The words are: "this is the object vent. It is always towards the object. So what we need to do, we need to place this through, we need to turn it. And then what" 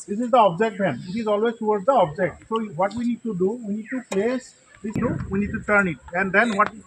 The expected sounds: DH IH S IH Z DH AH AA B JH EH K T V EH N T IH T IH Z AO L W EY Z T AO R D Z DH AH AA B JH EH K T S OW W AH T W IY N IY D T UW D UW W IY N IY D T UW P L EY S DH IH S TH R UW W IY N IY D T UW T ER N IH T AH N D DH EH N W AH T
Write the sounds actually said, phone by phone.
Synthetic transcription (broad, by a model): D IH S IH Z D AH AA B JH EH K T B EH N IH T IH Z AO L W EY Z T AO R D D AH AA B JH EH K T S OW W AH T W IY N IY D T UW D UW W IY N IY D T UW P L EY S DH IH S T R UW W IY N IY D T UW T ER N IH T AH N D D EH N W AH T